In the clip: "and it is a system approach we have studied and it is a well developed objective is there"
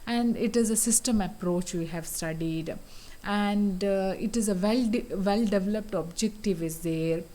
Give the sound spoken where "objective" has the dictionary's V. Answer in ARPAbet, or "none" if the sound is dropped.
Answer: V